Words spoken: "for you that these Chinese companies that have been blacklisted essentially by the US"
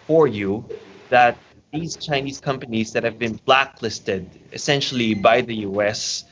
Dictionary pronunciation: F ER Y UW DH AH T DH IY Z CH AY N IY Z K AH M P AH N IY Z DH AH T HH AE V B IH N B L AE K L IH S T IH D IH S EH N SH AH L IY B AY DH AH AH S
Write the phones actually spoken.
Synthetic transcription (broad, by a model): F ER Y UW DH AH T DH IY Z CH AY N IY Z K AH M P AH N IY Z DH AH T HH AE V B IH N B L AE K L IH S T IH D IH S EH N SH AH L IY B AY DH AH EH S